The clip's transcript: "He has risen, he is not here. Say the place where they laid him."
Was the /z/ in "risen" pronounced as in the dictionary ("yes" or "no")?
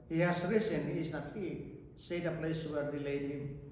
no